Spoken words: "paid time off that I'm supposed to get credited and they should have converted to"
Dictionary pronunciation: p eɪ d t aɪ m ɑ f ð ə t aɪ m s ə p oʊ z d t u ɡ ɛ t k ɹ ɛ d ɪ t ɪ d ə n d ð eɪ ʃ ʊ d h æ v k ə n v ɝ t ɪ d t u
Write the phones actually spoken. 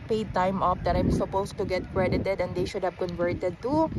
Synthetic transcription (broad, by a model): p eɪ d t aɪ m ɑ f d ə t aɪ m s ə p oʊ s t u ɡ ɛ t k ɹ ɛ d ɪ t ɪ d ə n d eɪ ʃ ʊ d h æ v k ə n v ɝ t ɪ d t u